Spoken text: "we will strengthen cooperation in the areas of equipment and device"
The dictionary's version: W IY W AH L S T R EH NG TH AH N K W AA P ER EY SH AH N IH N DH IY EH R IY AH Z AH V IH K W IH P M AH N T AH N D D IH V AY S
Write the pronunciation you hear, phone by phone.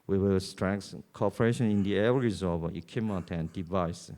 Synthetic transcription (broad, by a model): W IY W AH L S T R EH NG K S K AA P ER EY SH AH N IH N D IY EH R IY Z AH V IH K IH M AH T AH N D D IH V AY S